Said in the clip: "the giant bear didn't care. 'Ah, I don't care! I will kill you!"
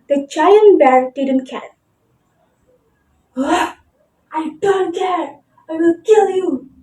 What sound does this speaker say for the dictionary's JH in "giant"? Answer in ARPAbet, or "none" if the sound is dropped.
CH